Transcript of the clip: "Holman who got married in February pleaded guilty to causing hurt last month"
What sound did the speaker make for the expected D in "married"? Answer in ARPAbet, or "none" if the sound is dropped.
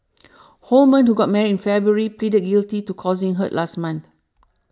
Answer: none